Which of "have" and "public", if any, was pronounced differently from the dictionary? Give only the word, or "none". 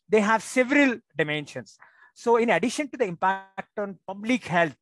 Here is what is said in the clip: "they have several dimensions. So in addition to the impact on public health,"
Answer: none